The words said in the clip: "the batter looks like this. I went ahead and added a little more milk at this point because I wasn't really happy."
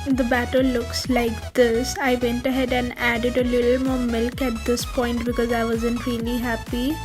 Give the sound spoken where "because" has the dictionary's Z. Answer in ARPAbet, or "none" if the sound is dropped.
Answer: Z